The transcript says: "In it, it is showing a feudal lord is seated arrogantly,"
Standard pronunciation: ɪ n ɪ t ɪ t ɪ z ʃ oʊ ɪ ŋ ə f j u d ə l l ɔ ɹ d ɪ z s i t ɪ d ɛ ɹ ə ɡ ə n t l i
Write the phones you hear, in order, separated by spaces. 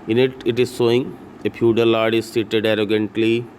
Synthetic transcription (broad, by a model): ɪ n ɪ t ɪ t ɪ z s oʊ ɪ ŋ ə p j u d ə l l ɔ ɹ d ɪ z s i t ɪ d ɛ ɹ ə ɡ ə n t l i